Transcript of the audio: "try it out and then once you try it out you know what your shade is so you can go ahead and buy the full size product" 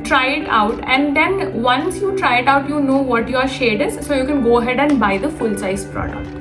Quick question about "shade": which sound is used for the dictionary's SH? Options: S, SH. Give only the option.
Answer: SH